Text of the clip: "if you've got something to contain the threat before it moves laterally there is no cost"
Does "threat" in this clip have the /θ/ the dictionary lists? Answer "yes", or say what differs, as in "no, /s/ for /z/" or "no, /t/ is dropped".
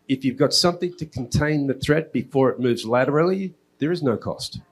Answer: yes